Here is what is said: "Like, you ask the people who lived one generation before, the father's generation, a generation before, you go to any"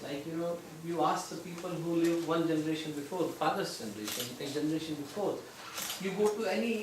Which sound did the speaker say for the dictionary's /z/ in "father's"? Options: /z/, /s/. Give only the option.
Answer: /s/